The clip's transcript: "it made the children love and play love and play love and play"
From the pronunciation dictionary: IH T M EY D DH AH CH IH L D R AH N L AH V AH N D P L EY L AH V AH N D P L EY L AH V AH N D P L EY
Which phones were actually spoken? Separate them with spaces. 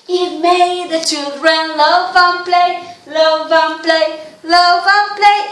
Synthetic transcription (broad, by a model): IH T M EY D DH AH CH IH D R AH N L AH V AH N P L EY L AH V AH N P L EY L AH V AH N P L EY